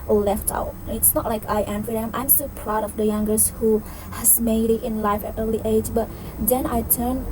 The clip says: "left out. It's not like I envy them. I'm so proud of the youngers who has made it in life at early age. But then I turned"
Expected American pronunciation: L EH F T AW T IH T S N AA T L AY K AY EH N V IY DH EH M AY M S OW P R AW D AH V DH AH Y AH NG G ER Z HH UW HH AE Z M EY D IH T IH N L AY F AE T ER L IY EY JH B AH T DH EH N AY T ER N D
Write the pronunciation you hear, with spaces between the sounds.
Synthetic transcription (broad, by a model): L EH F T AW T IH T S N AA T L AY K AY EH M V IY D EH M AY M S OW P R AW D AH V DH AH Y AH NG G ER S HH UW HH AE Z M EY D IH T IH N L AY F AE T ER L IY EY JH B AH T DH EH N AY T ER N